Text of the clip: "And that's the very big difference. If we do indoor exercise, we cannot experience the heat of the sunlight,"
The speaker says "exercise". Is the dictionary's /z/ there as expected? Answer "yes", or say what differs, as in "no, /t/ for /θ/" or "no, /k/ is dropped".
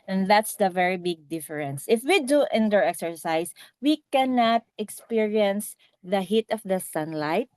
no, /s/ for /z/